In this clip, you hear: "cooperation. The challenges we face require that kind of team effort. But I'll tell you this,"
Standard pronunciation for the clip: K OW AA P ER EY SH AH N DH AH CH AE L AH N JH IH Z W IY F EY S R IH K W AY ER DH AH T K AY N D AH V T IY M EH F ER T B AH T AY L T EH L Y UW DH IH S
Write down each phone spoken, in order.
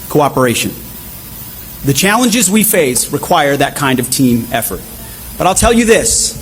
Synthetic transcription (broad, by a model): K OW AA P ER EY SH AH N DH AH CH AE L AH N JH IH Z W IY F EY S R IH K W AY ER DH AH T K AY N D AH V T IY M EH F ER T B AH T AY L T EH L Y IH DH IH S